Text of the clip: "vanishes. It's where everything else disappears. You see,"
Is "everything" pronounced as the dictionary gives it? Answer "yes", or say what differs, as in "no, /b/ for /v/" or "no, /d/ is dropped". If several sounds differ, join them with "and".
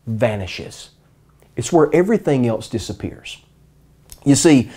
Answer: yes